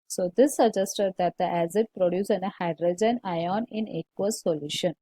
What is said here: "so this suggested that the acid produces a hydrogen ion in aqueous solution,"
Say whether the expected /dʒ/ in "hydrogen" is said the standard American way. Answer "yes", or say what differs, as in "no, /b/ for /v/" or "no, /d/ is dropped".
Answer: yes